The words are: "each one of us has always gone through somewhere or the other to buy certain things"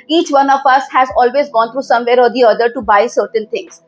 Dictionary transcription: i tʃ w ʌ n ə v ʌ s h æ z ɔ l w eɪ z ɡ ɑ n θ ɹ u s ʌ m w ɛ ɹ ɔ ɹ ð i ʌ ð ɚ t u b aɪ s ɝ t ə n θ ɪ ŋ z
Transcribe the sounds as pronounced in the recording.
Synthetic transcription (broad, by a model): i tʃ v ʌ n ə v ʌ s h æ z ɔ l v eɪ z ɡ ɑ n t ɹ u s ʌ m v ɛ ɹ ɔ ɹ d i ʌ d ɚ t u b aɪ s ɝ t ə n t ɪ ŋ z